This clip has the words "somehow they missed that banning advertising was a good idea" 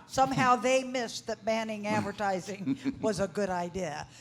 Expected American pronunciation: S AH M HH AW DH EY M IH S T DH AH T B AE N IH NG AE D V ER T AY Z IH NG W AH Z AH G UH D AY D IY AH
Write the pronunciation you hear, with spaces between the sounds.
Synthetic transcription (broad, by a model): S AH M HH AW DH EY M IH S DH AH T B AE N IH NG AE D V ER T AY Z IH NG W AH Z AH G UH D AY D IY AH